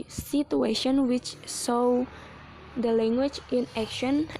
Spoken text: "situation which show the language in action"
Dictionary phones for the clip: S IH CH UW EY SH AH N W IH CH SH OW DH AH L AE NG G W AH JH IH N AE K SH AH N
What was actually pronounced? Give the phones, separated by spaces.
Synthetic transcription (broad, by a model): S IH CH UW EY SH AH N W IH CH S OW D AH L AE NG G W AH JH IH N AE K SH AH N